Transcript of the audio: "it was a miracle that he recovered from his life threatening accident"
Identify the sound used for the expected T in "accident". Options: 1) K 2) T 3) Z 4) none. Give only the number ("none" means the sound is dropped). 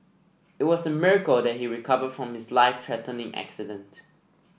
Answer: 2